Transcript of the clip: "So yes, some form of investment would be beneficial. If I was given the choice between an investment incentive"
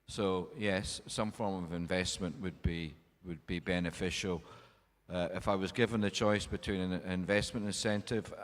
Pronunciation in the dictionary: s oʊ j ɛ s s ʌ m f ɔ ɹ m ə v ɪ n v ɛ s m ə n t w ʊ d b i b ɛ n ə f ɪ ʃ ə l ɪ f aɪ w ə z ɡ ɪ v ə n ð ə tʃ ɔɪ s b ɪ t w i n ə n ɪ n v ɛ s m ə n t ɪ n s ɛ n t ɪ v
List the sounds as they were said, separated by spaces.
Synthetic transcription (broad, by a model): s oʊ j ɛ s s ʌ m f ɔ ɹ m ə v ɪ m v ɛ s m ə n t w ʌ d b i b ɛ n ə f ɪ ʃ l ɪ f aɪ w ə z ɡ ɪ v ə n ð ə tʃ ɔɪ s b ɪ t w i n ə n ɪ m v ɛ s m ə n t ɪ n s ɛ n t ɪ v